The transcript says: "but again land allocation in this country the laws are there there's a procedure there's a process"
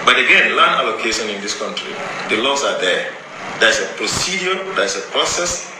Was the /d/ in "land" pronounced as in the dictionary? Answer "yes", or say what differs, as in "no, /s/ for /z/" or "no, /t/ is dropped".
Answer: no, /d/ is dropped